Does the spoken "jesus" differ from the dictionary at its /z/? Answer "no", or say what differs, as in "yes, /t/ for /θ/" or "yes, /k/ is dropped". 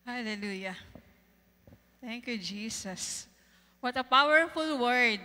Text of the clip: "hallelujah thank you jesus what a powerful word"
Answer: yes, /s/ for /z/